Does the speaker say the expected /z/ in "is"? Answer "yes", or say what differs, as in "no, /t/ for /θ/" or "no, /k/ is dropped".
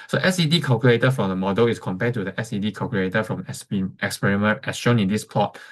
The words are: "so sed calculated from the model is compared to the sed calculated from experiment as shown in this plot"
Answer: no, /s/ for /z/